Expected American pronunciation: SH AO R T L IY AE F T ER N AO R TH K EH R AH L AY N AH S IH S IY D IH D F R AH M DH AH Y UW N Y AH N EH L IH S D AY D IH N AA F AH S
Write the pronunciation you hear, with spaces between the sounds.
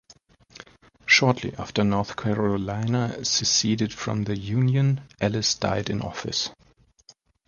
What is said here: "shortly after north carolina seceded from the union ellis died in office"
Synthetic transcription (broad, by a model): SH AO R T L IY AE F T ER N AO R TH K EH R AH L AY N AH S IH S IY D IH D F R AH M DH AH Y UW N Y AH N EH L IH S D AY D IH N AA F AH S